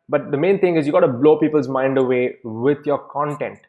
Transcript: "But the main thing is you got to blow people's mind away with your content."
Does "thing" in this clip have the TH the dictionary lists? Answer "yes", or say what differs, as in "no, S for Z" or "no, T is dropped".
no, T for TH